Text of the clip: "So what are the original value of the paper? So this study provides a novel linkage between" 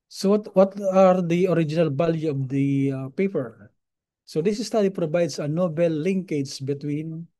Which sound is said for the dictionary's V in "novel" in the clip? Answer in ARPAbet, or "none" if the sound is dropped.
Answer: B